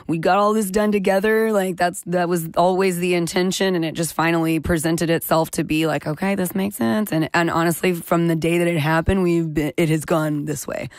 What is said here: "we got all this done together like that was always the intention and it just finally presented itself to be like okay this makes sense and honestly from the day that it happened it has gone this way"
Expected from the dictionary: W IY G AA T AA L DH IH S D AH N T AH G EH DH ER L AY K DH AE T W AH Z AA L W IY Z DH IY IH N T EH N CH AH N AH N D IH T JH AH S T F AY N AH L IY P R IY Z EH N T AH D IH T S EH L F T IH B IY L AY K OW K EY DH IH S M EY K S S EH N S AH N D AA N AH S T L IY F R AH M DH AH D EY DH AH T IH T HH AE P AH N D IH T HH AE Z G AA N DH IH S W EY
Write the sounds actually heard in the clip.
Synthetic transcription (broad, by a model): W IY G AA T AA L DH IH S D AH N T AH G EH DH ER L AY K DH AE T W AH Z AA L W IY Z DH IY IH N T EH N SH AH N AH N IH T JH AH S T F AY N L IY P R IY Z EH N T AH D IH T S EH L F T IH B IY L AY K OW K EY DH IH S M EY K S S EH N S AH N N AA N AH S T L IY F R AH M DH AH D EY DH AH T IH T HH AE P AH N D IH T HH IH Z G AA N DH IH S W EY